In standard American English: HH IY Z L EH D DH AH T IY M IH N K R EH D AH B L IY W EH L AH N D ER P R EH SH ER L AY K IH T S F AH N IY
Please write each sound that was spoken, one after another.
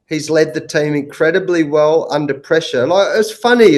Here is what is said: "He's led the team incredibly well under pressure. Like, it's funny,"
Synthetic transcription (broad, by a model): HH IY Z L EH D DH AH T IY M IH N K R EH D AH B L IY W EH L AH N D ER P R EH SH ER N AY IH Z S F AH N IY